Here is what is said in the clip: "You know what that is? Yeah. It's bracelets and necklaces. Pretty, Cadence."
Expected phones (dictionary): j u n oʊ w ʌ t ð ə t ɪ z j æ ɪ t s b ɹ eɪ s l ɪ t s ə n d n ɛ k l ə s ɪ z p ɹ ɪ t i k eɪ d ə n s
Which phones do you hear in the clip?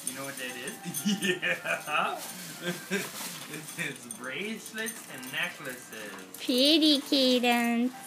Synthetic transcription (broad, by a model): j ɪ n oʊ w ʌ t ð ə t ɪ z j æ ɪ t s b ɹ eɪ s l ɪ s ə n n ɛ k l ə s ɪ z p ɹ ɪ t i k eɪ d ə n